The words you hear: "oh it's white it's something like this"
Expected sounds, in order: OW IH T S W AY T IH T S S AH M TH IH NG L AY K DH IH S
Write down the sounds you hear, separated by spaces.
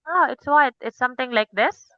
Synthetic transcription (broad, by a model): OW IH T S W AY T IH T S S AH M T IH NG L AY K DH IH S